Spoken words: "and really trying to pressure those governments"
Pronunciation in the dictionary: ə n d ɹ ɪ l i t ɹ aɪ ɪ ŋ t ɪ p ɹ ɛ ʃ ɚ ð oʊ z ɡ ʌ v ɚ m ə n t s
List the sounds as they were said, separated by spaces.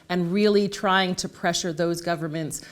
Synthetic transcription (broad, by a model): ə n ɹ ɪ l i t ɹ aɪ ɪ ŋ t ɪ p ɹ ɛ ʃ ɚ ð oʊ z ɡ ʌ v ɚ m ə n t s